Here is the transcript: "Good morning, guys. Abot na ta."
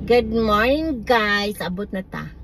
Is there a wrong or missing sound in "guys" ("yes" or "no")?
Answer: yes